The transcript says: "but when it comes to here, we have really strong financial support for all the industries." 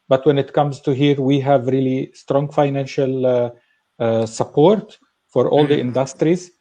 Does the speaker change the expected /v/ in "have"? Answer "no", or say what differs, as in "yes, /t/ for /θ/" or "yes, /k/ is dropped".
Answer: no